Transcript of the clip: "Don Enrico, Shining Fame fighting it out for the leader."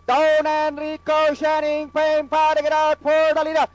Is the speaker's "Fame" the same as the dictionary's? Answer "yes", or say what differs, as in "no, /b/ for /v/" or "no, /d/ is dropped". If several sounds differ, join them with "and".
no, /p/ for /f/